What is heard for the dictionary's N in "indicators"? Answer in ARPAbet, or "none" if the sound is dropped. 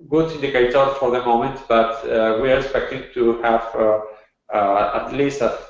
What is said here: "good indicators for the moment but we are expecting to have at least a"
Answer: none